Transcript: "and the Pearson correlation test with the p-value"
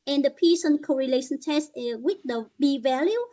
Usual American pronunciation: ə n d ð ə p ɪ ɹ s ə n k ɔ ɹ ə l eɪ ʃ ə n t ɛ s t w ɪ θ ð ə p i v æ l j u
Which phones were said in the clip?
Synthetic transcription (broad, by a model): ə n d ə p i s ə n k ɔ ɹ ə l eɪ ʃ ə n t ɛ s t w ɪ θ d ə b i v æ l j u